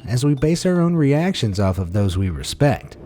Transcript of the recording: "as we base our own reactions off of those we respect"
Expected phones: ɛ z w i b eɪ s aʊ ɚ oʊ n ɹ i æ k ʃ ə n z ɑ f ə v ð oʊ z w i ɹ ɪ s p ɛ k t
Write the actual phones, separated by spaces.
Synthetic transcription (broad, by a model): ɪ z w i b eɪ s aʊ ɚ oʊ n ɹ i æ k ʃ ə n z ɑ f ə v ð oʊ z w i ɹ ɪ s p ɛ k t